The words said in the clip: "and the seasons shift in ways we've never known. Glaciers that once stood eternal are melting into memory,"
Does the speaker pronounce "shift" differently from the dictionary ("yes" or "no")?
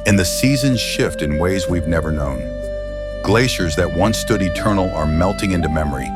no